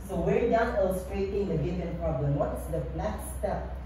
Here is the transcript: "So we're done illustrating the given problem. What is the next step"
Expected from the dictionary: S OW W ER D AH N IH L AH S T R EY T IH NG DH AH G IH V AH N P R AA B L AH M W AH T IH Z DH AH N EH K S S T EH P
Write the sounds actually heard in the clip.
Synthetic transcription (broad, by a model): S OW W ER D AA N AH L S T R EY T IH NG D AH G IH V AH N P R AA B L AH M W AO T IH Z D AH L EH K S S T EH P